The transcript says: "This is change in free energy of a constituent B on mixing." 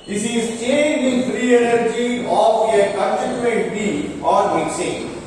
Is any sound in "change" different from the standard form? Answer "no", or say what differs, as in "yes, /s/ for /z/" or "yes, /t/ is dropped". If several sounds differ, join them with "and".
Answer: no